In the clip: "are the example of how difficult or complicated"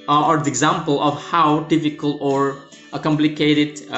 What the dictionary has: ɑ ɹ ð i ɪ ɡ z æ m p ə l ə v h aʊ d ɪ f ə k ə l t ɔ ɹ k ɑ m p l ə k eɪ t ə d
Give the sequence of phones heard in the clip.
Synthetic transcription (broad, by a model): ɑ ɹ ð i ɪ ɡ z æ m p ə l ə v h aʊ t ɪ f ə k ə l ɔ ɹ k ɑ m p l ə k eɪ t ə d